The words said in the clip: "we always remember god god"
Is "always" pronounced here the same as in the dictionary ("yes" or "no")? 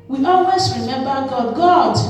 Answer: no